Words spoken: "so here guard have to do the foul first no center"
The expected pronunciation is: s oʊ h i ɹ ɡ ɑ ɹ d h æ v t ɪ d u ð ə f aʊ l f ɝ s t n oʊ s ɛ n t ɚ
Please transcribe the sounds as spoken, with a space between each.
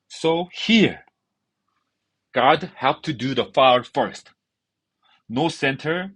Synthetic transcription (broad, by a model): s oʊ h i ɹ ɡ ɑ d h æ p t ɪ d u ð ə f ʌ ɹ f ɝ s t n oʊ s ɛ n t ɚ